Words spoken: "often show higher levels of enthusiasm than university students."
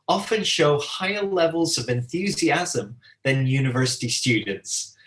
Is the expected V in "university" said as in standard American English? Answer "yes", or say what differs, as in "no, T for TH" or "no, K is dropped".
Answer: yes